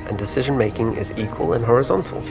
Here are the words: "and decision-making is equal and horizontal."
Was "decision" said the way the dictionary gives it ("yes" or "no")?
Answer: yes